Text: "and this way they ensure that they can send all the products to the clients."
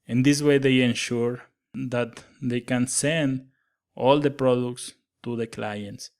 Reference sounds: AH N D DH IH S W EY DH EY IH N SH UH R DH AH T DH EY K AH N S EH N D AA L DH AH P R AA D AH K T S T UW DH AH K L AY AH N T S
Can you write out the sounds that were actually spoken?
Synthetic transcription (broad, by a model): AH N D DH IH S W EY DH EY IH N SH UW R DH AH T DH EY K AH N S EH N D AA L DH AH P R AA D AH K T S T UW DH AH K L AY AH N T S